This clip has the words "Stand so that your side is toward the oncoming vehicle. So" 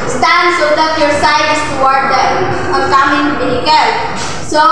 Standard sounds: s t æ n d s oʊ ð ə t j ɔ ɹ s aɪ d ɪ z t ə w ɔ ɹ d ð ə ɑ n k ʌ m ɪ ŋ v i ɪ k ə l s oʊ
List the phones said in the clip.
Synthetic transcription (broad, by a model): s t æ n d s oʊ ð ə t j ɔ ɹ s aɪ d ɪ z t ə w ɔ ɹ d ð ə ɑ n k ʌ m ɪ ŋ b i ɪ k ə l s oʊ